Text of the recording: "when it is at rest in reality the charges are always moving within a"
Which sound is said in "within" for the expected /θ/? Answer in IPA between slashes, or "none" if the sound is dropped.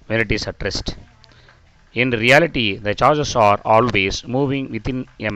/t/